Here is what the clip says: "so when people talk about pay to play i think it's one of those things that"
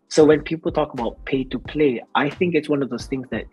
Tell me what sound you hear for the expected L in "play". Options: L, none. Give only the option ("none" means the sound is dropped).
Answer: L